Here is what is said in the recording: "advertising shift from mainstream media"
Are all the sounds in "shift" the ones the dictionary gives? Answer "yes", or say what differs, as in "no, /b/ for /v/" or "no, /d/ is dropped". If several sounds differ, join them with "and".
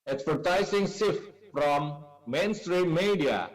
no, /s/ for /ʃ/